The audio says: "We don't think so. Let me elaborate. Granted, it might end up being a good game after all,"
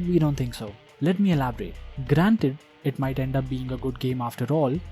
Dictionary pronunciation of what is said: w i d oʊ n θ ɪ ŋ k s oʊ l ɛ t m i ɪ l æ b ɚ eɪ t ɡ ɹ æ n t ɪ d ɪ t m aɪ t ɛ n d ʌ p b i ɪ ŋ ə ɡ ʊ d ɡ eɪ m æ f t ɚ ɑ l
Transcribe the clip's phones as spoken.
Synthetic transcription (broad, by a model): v i d oʊ n t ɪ ŋ k s oʊ l ɛ t m i ɪ l æ b ɚ eɪ t ɡ ɹ æ n t ɪ d ɪ t m aɪ t ɛ n d ʌ p b i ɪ ŋ ə ɡ ʊ d ɡ eɪ m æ f t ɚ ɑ l